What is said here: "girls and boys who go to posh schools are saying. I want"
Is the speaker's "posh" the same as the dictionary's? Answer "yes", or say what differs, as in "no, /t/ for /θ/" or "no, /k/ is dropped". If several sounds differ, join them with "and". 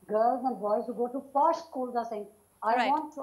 no, /f/ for /p/